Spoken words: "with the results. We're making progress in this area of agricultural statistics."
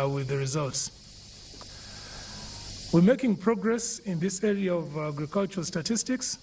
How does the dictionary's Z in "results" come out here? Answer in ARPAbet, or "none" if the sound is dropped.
Z